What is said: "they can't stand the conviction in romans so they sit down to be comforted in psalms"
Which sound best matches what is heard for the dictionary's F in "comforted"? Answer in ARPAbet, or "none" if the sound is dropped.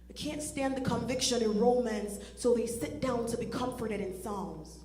F